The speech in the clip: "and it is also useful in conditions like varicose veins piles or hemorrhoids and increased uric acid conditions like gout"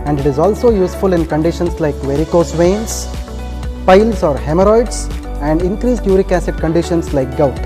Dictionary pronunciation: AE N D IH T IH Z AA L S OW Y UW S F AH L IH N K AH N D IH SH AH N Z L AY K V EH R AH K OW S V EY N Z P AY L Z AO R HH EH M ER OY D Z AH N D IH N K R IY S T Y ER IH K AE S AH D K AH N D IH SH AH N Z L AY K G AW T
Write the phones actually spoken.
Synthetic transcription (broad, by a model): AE N D IH T IH Z AA L S OW Y UW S F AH L IH N K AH N D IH SH AH N S L AY K V EH R AH K OW S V EY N S P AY L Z AO R HH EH M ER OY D S AH N D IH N K R IY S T Y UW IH K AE S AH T K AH N D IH SH AH N S L AY K G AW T